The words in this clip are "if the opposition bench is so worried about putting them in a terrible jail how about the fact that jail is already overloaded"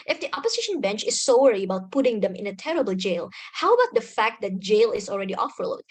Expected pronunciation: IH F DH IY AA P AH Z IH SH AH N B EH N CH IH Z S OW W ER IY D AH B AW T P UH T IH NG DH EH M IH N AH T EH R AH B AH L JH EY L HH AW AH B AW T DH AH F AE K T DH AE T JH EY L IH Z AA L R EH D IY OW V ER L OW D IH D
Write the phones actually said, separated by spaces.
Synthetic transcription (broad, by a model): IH F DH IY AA P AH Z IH SH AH N B EH N CH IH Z S OW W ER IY AH B AW T P UH T IH NG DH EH M IH N AH T EH R AH B AH L JH EY L HH AW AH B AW T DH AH F AE K T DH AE T JH EY L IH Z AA L R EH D IY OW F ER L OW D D